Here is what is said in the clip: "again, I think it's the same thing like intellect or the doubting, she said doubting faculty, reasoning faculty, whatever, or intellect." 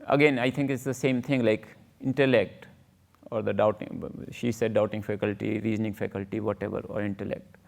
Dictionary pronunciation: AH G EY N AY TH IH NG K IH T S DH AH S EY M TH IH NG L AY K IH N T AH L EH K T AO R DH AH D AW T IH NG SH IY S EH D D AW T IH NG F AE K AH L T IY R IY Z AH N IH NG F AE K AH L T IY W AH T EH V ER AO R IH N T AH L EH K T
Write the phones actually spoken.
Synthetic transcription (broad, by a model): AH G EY N AY T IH NG K IH T S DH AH S EY M T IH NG L AY K IH N T AH L EH K T AO R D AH D AW T IH NG SH IY S EH D D AW T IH NG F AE K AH L T IY R IY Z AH N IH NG F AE K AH L T IY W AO T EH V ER AO R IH N T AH L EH K T